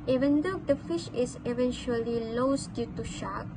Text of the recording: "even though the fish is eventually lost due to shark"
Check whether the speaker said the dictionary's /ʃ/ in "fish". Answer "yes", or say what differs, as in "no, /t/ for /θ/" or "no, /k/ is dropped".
yes